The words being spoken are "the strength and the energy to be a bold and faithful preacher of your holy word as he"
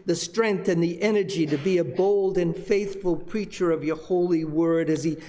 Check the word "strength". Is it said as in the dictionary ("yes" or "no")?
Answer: yes